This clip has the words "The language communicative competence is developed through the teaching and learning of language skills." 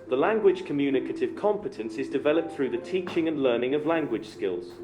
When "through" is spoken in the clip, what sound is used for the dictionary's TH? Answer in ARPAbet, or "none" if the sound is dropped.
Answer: TH